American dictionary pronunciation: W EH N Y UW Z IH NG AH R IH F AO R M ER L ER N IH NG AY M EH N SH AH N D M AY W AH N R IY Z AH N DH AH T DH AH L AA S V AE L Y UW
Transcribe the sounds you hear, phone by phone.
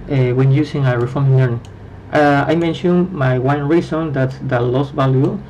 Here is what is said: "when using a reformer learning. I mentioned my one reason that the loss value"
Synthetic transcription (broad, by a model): W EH N Y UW S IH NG AH R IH F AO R M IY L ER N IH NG AY M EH N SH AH N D M AY W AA N R IY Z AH N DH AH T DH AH L AA S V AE L Y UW